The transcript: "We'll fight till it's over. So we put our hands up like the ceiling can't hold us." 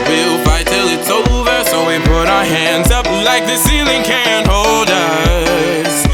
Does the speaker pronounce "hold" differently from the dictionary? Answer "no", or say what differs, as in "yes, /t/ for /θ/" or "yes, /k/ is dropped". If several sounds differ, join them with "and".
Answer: no